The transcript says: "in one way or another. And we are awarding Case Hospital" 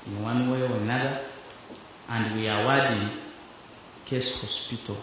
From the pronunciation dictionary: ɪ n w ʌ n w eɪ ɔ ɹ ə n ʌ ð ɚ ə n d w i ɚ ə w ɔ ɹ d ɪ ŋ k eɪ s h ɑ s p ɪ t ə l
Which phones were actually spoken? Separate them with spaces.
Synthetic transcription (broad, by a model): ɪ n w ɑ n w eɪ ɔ w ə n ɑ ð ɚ ə n d w i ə w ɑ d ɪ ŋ k eɪ s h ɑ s p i t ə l